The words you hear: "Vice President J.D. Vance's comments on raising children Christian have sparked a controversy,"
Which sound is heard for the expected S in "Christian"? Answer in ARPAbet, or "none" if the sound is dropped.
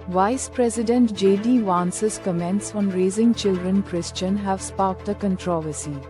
S